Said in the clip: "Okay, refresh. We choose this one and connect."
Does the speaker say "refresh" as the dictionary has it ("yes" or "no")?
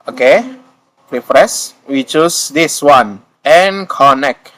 no